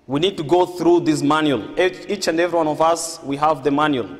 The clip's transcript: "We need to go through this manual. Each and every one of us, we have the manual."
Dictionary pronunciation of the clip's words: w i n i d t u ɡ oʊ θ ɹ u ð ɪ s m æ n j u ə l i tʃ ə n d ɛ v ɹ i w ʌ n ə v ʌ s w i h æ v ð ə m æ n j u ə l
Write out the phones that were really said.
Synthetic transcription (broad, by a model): w i n i d t u ɡ oʊ θ ɹ u ð ɪ s m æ n j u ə l i tʃ ə n d ɛ v ɹ i w ʌ n ə v ʌ s w i h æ v ð ə m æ n j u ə l